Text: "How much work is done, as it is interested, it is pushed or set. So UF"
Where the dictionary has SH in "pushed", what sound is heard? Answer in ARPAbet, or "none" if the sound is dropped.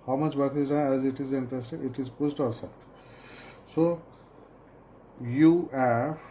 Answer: S